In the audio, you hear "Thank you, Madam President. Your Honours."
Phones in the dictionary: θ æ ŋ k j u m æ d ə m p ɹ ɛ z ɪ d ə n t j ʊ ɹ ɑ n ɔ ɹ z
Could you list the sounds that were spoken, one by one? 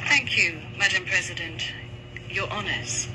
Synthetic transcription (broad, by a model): θ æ ŋ k j u m æ d ə m p ɹ ɛ z ɪ d ə n t j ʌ ɹ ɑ n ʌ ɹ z